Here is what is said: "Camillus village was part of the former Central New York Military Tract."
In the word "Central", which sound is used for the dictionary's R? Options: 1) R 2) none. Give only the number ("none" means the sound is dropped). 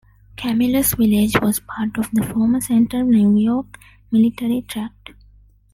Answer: 2